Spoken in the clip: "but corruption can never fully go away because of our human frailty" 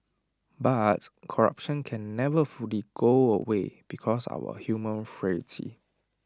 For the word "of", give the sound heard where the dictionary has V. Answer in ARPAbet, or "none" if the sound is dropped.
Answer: W